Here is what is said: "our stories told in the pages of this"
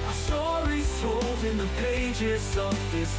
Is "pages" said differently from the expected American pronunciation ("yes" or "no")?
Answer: no